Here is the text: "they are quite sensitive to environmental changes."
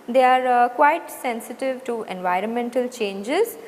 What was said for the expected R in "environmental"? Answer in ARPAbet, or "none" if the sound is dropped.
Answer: R